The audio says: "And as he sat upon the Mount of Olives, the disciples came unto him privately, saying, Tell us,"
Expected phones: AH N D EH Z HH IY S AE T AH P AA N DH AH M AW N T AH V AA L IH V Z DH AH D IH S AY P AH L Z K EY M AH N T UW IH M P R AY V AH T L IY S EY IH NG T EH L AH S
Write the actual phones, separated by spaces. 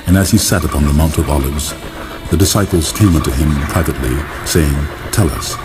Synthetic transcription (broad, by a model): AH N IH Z IY S AE T AH P AA N DH AH M AW N T AH V AA L IH V Z DH AH D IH S AY P L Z K EY M AH N T UW IH M P R AY V AH T L IY S EY IH NG T EH L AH S